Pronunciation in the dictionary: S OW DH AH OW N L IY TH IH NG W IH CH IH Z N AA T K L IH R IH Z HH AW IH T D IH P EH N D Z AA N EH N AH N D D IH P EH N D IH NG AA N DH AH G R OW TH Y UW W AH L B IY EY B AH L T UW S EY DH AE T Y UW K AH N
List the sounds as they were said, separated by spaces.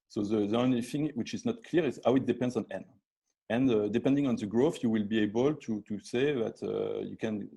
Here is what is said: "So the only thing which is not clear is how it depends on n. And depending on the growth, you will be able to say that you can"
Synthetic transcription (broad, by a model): S OW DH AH OW N L IY TH IH NG W IH CH IH Z N AA T K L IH R IH Z HH AW IH T D IH P EH N D Z AA N EH N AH N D D IH P EH N D IH NG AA N DH AH G R OW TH Y UW W AH L B IY EY B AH L T UW S EY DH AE T Y UW K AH N